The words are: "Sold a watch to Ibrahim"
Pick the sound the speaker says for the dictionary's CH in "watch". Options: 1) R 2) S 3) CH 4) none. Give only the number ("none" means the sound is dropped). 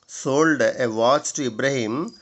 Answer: 2